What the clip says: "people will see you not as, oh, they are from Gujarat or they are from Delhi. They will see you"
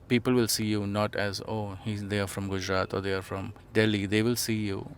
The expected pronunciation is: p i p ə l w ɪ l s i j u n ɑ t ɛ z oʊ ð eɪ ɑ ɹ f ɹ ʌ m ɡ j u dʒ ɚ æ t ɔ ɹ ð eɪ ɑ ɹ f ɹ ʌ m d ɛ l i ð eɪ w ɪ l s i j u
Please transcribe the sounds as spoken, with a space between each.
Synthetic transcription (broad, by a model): p i p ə l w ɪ l s i j u n ɑ t ɛ z oʊ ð eɪ ɑ ɹ f ɹ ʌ m ɡ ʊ dʒ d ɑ t ɔ ɹ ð eɪ ɑ ɹ f ɹ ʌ m d ɛ l i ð eɪ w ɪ l s i j u